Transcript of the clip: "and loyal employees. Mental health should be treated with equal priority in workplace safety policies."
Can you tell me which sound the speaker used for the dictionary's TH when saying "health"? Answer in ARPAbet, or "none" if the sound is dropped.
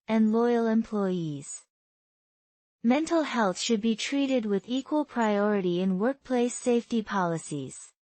TH